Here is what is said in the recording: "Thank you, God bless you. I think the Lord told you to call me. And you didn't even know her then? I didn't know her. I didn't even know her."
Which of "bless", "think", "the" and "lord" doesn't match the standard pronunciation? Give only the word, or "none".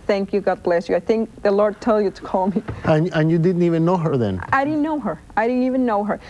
none